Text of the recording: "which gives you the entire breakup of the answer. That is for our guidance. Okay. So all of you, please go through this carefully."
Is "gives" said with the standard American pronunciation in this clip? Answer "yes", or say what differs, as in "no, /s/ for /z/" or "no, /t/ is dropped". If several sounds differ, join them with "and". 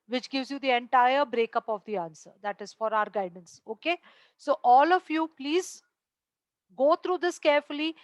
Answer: yes